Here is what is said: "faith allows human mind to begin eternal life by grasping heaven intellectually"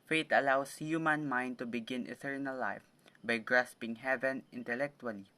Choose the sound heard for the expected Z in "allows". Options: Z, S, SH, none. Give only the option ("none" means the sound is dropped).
S